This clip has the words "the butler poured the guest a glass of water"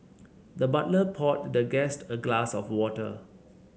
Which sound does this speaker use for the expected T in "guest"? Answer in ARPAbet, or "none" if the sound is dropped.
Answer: T